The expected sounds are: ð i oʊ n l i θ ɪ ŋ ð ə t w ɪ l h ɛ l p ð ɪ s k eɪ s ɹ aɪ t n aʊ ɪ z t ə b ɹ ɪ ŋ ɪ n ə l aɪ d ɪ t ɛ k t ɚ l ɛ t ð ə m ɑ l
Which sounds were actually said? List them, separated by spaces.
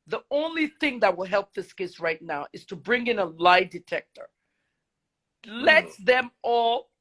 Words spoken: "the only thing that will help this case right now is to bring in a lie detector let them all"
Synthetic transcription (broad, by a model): ð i oʊ n l i θ ɪ ŋ ð ə t w ɪ l h ɛ l p ð ɪ s k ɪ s ɹ aɪ t n aʊ ɪ z t ə b ɹ ɪ ŋ ɪ n ə l aɪ d ɪ t ɛ k t ɚ l ɛ t ð ə m ɑ l